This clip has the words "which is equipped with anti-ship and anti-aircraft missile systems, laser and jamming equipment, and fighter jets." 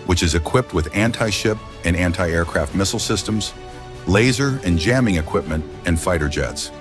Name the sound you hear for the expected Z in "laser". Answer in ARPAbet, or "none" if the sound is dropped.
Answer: Z